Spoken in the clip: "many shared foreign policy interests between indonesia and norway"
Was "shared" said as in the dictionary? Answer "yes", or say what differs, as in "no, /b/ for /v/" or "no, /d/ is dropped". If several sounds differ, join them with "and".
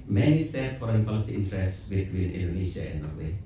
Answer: no, /s/ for /ʃ/